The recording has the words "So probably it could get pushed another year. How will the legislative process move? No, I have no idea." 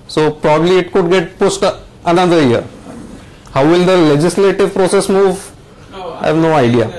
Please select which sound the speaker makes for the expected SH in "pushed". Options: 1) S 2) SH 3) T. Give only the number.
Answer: 1